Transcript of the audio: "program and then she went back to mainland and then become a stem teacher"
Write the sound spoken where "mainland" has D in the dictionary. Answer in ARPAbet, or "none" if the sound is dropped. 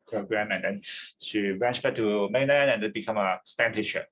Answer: none